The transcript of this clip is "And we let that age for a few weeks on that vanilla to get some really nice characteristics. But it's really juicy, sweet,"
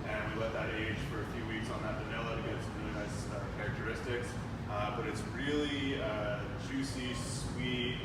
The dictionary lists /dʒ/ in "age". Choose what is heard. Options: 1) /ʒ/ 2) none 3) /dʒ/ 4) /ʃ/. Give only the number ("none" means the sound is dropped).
1